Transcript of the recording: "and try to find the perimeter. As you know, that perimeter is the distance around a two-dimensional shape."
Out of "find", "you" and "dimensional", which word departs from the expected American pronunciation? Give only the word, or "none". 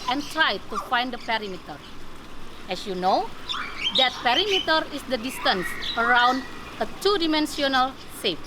dimensional